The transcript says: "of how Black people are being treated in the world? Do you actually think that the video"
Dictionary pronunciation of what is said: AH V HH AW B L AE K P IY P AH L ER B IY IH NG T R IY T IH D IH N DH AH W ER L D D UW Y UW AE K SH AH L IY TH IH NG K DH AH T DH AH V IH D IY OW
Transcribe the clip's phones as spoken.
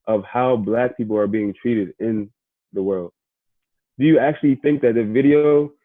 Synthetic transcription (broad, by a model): AH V HH AW B L AE K P IY P L ER B IY IH NG T R IY T IH D IH N DH AH W ER L D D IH Y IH AE K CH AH L IY TH IH NG K DH AH T DH AH V IH D IY OW